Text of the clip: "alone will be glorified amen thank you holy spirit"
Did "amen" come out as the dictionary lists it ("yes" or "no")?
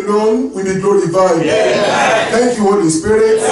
no